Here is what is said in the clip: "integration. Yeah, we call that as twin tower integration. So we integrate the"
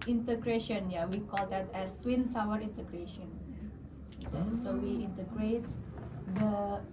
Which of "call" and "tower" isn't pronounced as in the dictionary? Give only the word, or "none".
tower